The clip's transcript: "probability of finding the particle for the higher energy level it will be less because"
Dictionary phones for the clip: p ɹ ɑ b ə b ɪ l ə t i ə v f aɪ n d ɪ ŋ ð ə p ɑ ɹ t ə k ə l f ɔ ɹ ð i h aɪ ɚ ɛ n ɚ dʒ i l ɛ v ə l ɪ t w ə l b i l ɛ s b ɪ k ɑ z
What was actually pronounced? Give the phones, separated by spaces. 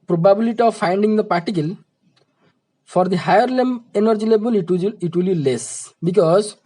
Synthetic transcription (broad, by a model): p ɹ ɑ b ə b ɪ l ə t i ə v f aɪ n d ɪ ŋ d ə p ɑ ɹ t ə k ə l f ɔ ɹ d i h aɪ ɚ ɛ n ɚ dʒ i l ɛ b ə l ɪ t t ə l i l ɛ s b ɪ k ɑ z